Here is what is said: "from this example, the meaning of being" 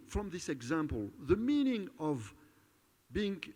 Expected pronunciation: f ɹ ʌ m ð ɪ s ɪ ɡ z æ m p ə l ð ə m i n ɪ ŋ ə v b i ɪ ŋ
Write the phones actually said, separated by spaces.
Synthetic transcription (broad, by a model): f ɹ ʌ m ð ɪ s ɪ ɡ z æ m p ə l ð ə m i n ɪ ŋ ə v b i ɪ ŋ